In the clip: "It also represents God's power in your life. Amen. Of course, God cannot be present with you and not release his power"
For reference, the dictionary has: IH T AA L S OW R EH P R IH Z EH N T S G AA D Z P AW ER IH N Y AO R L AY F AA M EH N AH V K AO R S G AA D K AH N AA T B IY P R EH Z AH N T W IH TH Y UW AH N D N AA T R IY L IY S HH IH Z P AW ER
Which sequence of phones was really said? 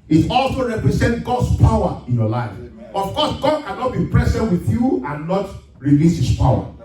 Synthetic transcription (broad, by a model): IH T AA L S OW R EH P R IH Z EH N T G AA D S P AW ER IH N Y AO L AY F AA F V K AO S G AA D K AH N AA T B IY P R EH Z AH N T W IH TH Y UW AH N N AA T R IY L IY S HH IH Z P AW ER